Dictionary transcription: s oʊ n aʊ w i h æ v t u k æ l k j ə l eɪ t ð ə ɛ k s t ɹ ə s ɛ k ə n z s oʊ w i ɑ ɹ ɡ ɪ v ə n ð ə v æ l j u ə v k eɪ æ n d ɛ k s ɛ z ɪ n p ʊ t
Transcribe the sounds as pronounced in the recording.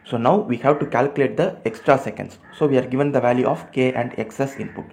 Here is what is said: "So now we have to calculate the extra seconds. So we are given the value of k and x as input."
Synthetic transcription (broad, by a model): s oʊ n aʊ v i h æ v t u k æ l k j l eɪ t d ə ɛ k s t ɹ ə s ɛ k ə n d s oʊ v i ɑ ɹ ɡ ɪ v ə n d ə v æ l j u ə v k eɪ æ n d ɛ k s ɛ s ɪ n p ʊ t